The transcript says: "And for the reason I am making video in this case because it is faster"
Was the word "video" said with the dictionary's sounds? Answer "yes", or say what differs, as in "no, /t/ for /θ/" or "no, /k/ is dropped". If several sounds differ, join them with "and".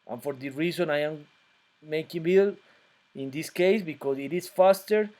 no, /b/ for /v/